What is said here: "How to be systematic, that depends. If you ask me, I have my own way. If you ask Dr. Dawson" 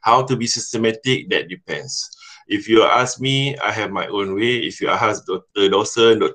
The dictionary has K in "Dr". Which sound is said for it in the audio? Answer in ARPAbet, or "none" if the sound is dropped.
none